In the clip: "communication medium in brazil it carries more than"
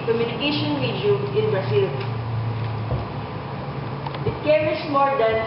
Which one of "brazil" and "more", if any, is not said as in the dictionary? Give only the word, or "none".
brazil